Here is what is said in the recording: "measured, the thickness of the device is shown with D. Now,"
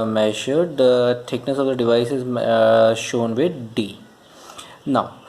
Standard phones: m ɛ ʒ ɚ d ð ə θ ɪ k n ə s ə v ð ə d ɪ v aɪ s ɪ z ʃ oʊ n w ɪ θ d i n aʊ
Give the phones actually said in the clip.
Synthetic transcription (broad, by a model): m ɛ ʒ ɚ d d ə t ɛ k n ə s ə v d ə d ɪ v aɪ s ɪ z ʃ oʊ n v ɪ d d i n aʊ